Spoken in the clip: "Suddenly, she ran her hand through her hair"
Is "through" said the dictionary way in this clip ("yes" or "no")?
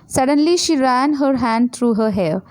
no